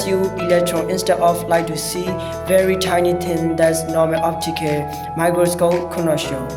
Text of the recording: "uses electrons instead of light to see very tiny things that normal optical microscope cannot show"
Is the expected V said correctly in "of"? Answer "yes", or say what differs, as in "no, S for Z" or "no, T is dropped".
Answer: no, F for V